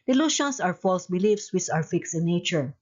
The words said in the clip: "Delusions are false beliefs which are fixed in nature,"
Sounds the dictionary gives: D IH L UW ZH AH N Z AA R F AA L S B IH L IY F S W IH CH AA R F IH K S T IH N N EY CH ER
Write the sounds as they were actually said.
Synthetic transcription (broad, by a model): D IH L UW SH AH N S AA R F AA L S B IH L IY F S W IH S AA W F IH K S IH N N EY CH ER